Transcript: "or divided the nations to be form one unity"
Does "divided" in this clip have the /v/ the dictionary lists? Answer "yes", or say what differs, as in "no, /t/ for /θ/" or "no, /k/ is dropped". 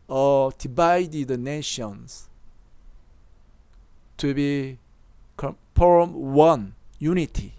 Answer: no, /b/ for /v/